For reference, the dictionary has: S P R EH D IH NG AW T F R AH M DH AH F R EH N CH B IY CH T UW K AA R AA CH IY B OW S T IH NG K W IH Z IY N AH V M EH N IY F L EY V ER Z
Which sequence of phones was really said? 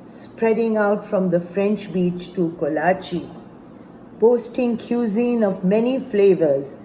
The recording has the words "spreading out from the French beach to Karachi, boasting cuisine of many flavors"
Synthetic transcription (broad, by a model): S P R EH D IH NG AW T F R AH M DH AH F R EH N CH B IY CH T UW K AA L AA CH IY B OW S T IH NG K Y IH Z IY N AH V M EH N IY F L EY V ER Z